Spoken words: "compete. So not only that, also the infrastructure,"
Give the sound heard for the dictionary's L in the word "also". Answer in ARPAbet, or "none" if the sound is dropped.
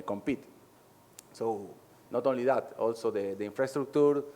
L